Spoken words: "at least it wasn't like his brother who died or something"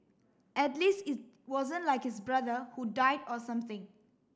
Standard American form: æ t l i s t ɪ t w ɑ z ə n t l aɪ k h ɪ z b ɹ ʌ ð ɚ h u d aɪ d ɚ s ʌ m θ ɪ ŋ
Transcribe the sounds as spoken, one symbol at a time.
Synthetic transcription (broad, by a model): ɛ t l i s t ɪ t w ɑ z ə n t l aɪ k h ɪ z b ɹ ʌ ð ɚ h u d aɪ d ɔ s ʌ m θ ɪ ŋ